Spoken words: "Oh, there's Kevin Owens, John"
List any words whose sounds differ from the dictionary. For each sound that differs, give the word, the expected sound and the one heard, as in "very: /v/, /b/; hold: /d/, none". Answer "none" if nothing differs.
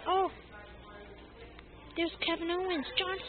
there's: /ɹ/, /w/